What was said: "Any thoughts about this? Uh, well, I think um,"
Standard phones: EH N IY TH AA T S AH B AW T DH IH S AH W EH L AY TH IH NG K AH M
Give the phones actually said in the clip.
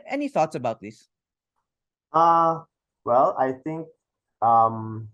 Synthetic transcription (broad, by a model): EH N IY TH AA T S AH B AW T DH IH S AH W EH L AY TH IH NG K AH M